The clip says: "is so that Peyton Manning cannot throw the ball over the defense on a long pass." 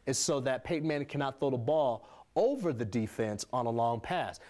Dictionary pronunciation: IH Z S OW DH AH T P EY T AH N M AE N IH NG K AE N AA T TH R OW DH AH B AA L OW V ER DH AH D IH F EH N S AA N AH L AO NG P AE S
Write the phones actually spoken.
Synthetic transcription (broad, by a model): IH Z S OW DH AH T P EY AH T M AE N K AE N AA T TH OW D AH B AA L OW V ER DH AH D IH F EH N S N AH L AO NG P AE S